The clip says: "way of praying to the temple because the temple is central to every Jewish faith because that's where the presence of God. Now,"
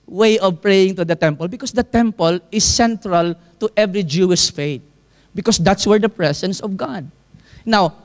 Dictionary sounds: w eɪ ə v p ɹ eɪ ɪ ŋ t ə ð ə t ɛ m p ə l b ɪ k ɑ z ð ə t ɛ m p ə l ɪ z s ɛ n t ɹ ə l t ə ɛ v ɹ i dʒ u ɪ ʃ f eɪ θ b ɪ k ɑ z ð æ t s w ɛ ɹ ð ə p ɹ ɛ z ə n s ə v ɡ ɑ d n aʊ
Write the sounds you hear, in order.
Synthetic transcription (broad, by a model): w eɪ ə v p ɹ eɪ ɪ ŋ t ə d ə t ɛ m p ə l b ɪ k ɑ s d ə t ɛ m p ə l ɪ s ɛ n t ɹ ə l t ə ɛ v ɹ i dʒ u ɪ ʃ f eɪ t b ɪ k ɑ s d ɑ t s w ɛ ɹ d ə p ɹ ɛ s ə n s ə v ɡ ɑ d n aʊ